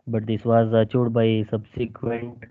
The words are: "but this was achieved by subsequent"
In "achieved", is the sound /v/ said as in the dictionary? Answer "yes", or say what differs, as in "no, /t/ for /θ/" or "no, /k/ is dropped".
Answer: no, /v/ is dropped